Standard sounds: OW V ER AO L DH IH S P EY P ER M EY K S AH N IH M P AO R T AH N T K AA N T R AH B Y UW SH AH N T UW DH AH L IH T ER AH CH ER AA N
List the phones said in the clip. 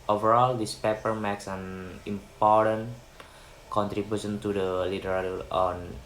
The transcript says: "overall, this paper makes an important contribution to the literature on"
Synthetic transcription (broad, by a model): OW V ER AO L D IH S P EY P ER M EY K S AH N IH M P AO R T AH N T K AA N T R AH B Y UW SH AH N T UW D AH L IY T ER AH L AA N